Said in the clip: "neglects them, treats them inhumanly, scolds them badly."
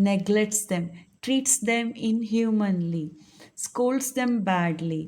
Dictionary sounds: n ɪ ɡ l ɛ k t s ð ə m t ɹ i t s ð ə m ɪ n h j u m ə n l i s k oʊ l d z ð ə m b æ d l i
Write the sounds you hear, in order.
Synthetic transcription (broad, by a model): n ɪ ɡ l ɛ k t s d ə m t ɹ i t s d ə m ɪ n h j u m ə n l i s k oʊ l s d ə m b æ d l i